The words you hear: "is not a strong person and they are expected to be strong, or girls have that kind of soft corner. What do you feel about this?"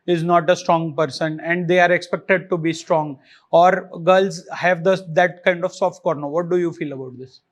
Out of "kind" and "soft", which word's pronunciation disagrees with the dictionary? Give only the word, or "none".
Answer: none